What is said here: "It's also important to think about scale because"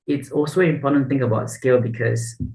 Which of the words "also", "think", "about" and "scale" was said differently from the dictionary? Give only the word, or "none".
none